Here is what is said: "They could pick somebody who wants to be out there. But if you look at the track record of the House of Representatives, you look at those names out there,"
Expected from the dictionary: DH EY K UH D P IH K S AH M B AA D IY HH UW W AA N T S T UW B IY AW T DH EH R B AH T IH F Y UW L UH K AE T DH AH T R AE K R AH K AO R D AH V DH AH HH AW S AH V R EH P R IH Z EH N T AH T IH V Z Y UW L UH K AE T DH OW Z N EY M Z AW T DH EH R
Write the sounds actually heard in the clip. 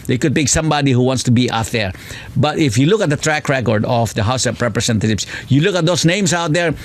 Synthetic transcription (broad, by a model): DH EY K UH D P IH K S AH M B AA D IY HH UW W AA N T S T UW B IY AW T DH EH R B AH T IH F Y UW L UH K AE T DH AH T R AE K R AH K AO R D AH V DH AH HH AW S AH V R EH P R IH S EH N T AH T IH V S Y UW L UH K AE T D OW S N EY M S AW T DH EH R